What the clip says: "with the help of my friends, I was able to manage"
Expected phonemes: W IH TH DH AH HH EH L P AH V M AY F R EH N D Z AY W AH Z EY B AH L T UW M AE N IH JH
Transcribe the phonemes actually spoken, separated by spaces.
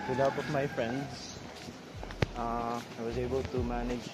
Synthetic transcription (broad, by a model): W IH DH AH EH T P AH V M AY F R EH N D S AY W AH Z EY B AH L T UW M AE N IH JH